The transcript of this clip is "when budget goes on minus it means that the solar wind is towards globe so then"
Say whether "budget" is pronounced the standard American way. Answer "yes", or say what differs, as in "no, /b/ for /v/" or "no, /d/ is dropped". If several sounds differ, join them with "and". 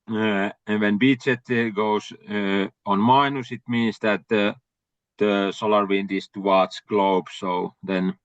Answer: no, /tʃ/ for /dʒ/